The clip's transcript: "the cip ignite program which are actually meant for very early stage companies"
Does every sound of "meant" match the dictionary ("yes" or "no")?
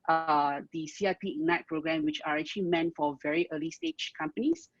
yes